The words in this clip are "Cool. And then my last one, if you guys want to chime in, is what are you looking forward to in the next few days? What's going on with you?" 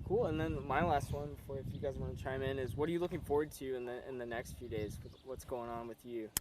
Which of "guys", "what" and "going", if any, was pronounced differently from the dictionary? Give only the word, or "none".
none